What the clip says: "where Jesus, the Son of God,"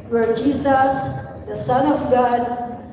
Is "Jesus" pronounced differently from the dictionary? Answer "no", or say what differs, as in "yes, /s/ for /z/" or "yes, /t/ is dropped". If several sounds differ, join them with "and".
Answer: yes, /s/ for /z/